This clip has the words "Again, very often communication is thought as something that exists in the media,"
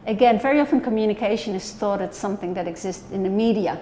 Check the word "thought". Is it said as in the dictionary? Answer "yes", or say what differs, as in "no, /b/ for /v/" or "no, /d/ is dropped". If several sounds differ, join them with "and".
yes